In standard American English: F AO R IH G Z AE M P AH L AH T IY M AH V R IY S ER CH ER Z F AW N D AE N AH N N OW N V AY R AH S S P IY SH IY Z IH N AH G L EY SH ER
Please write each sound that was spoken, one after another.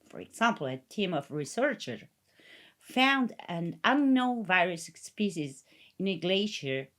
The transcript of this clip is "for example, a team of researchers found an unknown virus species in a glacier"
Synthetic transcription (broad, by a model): F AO R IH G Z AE M P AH L AH T IY M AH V R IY S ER CH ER F AW N D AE N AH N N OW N V AY R AH S S P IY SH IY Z IH N AH G L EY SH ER